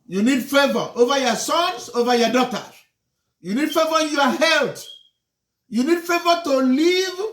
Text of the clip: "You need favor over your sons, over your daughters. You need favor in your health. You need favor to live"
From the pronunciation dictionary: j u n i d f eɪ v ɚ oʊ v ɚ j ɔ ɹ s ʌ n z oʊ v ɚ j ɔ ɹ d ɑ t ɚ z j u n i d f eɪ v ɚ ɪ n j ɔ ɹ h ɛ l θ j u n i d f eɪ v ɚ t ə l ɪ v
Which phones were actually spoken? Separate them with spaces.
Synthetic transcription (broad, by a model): j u n i d f eɪ v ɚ oʊ v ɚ j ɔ s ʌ n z oʊ v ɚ j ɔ d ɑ t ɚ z j u n i d f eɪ v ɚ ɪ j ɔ h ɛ l t j u n i d f eɪ v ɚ t ə l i v